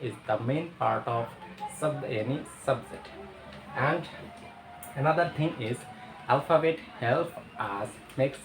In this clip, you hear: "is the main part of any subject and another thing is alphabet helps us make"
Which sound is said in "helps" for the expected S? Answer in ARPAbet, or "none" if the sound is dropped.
none